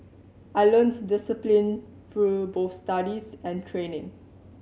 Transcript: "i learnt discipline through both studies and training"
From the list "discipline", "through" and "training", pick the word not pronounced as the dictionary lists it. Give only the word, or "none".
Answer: through